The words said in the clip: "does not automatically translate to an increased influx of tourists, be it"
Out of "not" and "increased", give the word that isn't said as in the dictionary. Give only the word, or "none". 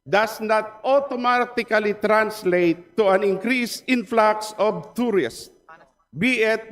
increased